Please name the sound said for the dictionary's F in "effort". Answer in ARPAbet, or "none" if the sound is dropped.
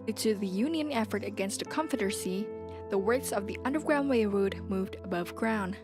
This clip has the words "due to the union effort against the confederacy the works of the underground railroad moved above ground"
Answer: F